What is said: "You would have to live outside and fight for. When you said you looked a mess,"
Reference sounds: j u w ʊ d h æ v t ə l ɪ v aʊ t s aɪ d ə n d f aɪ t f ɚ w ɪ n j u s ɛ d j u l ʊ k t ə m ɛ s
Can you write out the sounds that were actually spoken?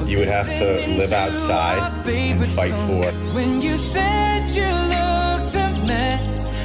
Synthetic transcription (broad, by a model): j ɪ w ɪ d h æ f t ə l ɪ v aʊ t s aɪ d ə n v f aɪ t f ɚ w ɪ n j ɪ s ɛ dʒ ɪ l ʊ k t ə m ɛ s